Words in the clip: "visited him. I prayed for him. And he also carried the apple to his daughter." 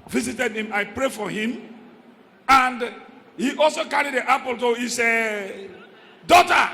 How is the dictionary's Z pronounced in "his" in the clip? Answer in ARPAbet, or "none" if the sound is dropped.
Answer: S